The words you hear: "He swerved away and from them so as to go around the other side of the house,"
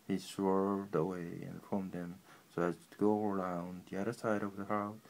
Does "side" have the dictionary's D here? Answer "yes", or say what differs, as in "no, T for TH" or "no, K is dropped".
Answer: yes